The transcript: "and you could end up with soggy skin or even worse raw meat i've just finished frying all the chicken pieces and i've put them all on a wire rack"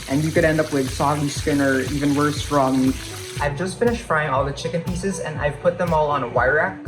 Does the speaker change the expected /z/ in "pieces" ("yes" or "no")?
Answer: no